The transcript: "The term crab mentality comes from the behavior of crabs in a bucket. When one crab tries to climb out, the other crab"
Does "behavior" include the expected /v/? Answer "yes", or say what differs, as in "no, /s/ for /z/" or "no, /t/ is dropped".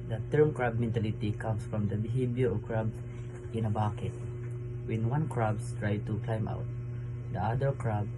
no, /b/ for /v/